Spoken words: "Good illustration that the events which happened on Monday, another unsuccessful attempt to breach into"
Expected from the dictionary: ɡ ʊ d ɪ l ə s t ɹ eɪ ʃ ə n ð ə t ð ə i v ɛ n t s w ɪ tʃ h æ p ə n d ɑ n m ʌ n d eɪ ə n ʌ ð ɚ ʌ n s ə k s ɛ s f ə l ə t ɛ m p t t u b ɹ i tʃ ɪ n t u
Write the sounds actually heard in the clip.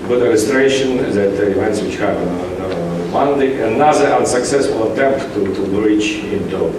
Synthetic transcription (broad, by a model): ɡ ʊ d ɪ l ə s t ɹ eɪ ʃ ə n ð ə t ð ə i v ɛ n t s w ɪ tʃ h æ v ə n ɑ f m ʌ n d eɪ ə n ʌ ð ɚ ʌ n s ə k s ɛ s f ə l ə t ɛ m p t t u b ɹ i tʃ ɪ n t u